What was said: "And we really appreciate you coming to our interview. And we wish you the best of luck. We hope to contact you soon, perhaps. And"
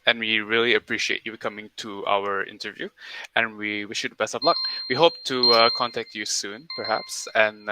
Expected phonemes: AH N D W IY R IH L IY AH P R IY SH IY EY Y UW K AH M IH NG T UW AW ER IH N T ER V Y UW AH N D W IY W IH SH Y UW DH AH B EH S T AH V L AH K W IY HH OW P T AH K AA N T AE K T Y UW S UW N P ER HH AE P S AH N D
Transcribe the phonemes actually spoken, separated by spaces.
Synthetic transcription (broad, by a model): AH N W IY R IH L IY AH P R IY SH IY EY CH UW K AH M IH NG T UW AW ER IH N T ER V Y UW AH N W IY W IH SH Y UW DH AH B EH S T AH V L AH K W IY HH OW P T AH K AA N T AE K T Y UW S UW N P ER HH AE P S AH N